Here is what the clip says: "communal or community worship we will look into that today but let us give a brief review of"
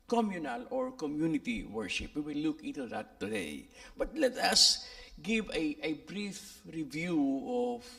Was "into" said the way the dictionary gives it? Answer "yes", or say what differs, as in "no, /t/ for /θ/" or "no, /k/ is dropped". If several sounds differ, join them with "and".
no, /n/ is dropped